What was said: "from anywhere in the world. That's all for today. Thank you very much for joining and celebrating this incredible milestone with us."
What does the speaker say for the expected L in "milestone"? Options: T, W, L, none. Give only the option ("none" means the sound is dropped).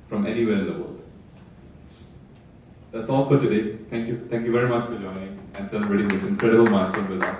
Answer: none